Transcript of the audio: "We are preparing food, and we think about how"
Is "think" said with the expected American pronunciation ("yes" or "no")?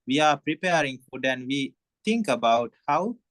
no